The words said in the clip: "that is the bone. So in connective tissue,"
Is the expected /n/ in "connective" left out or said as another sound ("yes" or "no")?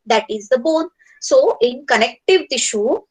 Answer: no